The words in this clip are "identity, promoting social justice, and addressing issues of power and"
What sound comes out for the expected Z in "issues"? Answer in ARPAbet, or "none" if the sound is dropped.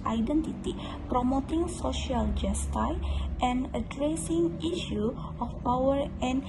none